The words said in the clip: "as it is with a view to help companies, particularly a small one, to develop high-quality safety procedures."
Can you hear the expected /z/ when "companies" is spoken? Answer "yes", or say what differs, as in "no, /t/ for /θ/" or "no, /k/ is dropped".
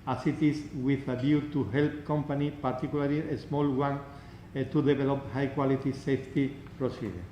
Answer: no, /z/ is dropped